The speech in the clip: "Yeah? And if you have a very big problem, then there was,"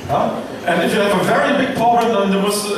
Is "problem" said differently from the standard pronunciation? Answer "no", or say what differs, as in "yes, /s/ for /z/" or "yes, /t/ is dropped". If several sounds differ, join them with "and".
yes, /ɹ/ is dropped